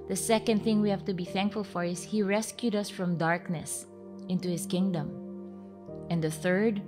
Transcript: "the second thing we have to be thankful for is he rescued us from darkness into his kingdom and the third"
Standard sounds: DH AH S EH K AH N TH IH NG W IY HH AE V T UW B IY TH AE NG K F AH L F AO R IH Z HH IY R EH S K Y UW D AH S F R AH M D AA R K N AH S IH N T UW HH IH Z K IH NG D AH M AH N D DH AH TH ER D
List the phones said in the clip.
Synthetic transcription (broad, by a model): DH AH S EH K AH N TH IH NG W IY HH AE V T UW B IY TH AE NG K F AH L F AO R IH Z HH IY R EH S K Y UW D AH S F R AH M D AA R K N AH S IH N T UW HH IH S K IH NG D AH M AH N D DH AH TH ER D